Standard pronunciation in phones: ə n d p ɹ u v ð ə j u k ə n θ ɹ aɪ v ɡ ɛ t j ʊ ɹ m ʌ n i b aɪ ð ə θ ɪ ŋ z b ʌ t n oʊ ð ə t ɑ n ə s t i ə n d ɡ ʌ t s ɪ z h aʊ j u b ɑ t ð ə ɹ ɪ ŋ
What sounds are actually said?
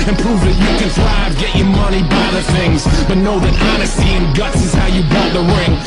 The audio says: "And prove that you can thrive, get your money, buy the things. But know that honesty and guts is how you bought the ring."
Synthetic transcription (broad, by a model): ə n p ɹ u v ð ə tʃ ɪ k ə n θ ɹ aɪ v ɡ ɛ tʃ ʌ ɹ m ʌ n i b aɪ ð ə θ ɪ ŋ z b ʌ t n oʊ ð ə t ɑ n ə s t i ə n ɡ ʌ t s ɪ z h aʊ j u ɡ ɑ t ð ə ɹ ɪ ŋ